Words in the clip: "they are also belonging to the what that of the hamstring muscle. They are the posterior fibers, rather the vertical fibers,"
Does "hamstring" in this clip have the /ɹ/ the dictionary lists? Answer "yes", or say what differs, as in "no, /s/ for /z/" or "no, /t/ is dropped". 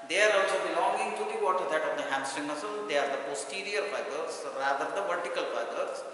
no, /ɹ/ is dropped